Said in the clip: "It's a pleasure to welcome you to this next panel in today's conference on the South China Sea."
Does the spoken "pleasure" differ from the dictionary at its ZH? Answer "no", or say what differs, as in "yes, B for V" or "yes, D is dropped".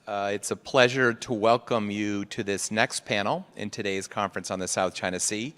no